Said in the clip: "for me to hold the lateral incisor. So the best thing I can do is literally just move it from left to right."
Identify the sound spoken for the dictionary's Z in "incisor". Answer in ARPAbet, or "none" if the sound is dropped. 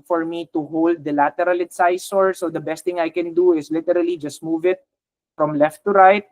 S